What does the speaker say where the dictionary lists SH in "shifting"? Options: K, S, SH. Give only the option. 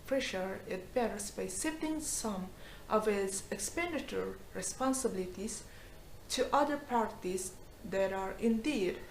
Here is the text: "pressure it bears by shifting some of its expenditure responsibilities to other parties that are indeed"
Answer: S